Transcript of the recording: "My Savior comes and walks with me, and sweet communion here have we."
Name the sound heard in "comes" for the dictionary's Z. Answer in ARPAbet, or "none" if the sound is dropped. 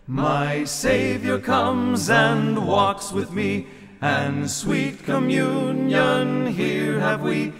Z